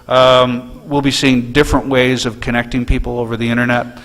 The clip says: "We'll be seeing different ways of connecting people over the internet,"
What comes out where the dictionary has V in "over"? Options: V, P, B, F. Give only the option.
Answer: V